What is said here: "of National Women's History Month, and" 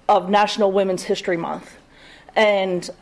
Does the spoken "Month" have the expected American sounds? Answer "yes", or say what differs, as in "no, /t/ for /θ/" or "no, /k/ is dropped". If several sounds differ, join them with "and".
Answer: yes